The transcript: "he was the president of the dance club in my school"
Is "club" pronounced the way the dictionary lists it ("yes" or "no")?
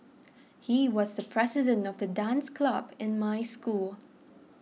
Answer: yes